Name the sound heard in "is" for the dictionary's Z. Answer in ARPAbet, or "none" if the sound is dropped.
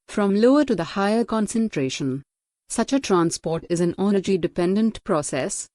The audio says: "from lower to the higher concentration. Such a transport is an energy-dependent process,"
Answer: Z